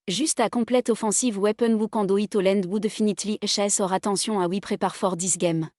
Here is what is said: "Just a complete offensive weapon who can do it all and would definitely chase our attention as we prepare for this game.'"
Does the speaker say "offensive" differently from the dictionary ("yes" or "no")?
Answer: yes